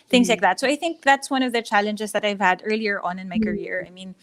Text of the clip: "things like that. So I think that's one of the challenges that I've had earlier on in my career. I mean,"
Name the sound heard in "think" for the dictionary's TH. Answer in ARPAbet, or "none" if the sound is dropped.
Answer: TH